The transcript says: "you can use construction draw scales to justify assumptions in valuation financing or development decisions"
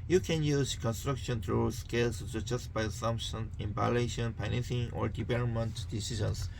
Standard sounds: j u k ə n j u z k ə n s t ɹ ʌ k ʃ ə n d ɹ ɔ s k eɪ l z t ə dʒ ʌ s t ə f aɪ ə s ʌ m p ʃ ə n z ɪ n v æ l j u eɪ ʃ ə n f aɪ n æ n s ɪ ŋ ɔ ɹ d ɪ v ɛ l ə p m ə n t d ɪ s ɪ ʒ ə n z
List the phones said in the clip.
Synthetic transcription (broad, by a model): j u k ə n j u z k ə n s t ɹ ʌ k ʃ ə n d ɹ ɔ s k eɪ l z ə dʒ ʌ s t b aɪ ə s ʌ m p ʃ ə n ɪ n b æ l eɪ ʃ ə n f aɪ n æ n s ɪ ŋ ɔ ɹ d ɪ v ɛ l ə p m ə n t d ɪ s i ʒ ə n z